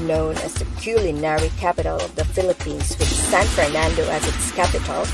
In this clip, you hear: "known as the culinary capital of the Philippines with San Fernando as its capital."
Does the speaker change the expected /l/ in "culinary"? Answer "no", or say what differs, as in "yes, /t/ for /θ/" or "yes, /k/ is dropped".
no